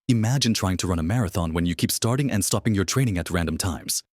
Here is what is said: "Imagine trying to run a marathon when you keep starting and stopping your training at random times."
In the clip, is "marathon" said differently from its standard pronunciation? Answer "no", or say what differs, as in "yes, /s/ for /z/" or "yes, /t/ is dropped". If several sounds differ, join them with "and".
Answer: no